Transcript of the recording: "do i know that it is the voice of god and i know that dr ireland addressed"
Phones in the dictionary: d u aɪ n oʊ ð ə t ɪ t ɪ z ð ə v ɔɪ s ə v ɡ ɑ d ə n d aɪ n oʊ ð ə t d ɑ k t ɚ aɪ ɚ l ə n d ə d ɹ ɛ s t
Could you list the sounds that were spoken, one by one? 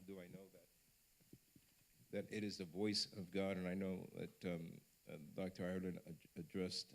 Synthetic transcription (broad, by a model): d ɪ aɪ n oʊ ð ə t ɪ t ɪ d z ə v ɔɪ s ə v ɡ ɑ d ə n aɪ n oʊ ð ə t d ɑ k t ɚ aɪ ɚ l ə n ə d ɹ ɛ s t